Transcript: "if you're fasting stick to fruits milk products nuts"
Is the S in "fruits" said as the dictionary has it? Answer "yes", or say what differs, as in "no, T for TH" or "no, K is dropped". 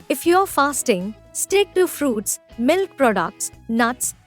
yes